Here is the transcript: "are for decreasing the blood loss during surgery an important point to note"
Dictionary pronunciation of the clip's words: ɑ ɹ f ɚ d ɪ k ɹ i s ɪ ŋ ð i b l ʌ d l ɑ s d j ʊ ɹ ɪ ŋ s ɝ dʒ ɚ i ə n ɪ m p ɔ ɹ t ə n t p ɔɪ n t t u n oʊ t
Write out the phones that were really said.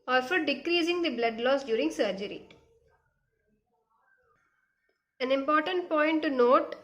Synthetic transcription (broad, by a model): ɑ ɹ f ɚ d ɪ k ɹ i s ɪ ŋ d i b l ʌ d l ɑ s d j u ɹ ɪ ŋ s ɝ dʒ ɚ i ə n ɪ m p ɔ ɹ t ə n t p ɔɪ n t t u n oʊ t